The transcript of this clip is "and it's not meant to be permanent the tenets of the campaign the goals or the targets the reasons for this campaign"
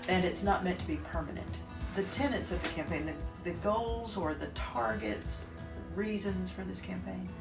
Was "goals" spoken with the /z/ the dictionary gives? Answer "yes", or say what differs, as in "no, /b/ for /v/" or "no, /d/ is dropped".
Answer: yes